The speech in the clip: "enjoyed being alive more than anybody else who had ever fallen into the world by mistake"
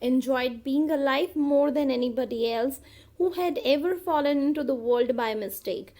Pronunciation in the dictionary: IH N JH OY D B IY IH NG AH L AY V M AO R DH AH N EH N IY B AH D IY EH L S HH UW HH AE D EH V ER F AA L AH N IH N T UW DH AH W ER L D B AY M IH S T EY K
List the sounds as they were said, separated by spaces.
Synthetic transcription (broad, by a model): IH N JH OY D B IY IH NG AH L AY F M AO R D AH N EH N IY B AH D IY EH L S HH UW HH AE D EH V ER F AA L AH N IH N T UW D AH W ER L D B AY M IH S T EY K